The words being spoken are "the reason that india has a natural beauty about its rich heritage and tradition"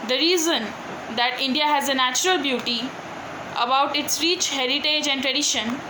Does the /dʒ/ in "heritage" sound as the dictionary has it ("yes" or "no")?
yes